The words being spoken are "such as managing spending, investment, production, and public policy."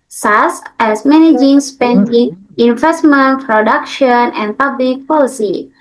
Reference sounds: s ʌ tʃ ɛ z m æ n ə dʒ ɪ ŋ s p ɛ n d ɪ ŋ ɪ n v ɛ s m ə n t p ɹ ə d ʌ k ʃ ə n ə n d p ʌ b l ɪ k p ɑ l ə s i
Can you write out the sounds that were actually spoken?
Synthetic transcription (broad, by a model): s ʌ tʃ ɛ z m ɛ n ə dʒ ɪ ŋ s p ɛ n d ɪ ŋ ɪ n v ɛ s m ə n t p ɹ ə d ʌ k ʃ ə n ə n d p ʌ b l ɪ k p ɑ l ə s i